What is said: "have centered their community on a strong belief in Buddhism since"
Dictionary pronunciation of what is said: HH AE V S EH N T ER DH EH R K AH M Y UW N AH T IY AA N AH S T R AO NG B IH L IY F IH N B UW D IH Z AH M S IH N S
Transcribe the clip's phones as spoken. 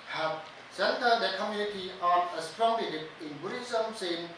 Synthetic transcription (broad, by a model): HH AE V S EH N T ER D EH K AH M Y UW N AH T IY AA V AH S T R AO NG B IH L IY P IH N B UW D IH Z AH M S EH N